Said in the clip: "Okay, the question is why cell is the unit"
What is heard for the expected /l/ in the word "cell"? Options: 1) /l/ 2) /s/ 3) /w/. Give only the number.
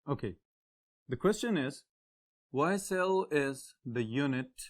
1